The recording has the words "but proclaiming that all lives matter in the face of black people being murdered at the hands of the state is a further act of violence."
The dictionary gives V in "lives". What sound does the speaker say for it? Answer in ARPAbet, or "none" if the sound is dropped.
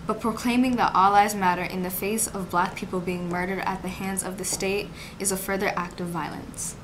none